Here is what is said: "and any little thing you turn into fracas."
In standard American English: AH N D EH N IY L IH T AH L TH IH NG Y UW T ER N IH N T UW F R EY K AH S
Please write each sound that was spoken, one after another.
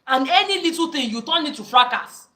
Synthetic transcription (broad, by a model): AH N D EH N IY L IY T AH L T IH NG Y UW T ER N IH T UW F R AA K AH S